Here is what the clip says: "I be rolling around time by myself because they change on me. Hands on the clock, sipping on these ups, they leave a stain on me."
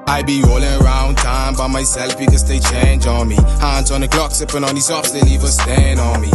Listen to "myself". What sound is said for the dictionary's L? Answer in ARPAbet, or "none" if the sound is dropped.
L